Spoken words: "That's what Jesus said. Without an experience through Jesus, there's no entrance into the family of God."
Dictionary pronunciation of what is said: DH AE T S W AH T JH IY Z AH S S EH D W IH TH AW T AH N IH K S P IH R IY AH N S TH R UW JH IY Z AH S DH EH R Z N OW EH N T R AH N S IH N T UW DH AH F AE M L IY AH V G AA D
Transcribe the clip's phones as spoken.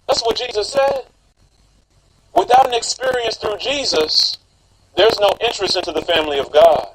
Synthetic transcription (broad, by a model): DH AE T S W AH T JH IY Z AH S S EH D W IH TH AW T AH N IH K S P IH R IY AH N S TH R UW JH IY Z AH S DH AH R Z N OW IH N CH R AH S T IH N T UW DH AH F AE M L IY AH V G AA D